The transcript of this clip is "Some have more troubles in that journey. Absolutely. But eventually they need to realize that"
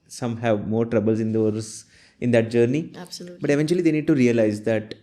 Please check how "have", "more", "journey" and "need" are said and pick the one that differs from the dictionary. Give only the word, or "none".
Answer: journey